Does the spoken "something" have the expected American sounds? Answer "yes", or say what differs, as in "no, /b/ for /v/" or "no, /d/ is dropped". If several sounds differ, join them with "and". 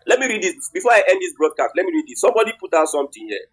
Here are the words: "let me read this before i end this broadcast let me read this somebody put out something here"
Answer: no, /t/ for /θ/